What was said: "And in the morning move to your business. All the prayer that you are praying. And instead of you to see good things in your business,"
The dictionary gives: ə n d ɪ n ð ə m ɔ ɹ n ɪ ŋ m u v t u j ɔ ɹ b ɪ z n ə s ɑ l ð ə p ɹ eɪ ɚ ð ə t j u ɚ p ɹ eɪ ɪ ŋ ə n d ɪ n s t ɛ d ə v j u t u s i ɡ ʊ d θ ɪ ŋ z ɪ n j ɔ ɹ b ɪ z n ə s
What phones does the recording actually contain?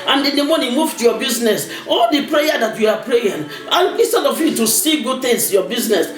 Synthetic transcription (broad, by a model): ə n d ɪ n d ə m ɔ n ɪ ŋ m u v t u j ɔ b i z n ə s ɑ l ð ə p ɹ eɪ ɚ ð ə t j u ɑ p ɹ eɪ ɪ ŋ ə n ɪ s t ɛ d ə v j u t u s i ɡ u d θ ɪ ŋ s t j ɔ b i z n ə s